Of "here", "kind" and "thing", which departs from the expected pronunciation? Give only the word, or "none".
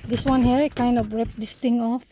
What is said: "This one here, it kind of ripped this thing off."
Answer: thing